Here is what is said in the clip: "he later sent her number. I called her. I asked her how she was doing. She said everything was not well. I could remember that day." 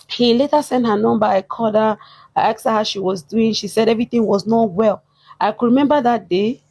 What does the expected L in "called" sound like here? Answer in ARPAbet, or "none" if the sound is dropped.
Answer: none